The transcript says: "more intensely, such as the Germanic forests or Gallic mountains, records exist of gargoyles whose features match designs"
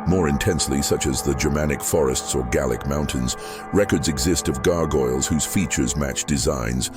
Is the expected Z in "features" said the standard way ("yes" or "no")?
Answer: yes